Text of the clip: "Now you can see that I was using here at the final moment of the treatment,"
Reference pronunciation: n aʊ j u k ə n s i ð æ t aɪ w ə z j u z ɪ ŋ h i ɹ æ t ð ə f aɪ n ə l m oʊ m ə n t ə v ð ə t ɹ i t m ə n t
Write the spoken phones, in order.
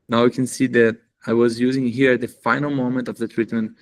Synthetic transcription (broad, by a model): n aʊ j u k ə n s i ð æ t aɪ w ə z j u z ɪ ŋ h i ɹ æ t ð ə f aɪ n ə l m oʊ m ə n t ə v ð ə t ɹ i t m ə n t